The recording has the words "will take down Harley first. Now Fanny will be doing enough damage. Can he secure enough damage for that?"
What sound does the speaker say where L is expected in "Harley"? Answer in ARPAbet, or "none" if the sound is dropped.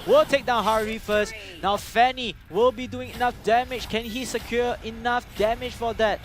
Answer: none